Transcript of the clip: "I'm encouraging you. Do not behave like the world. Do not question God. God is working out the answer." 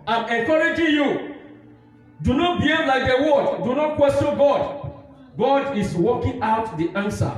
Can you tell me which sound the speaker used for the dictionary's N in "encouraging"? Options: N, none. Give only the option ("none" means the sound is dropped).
none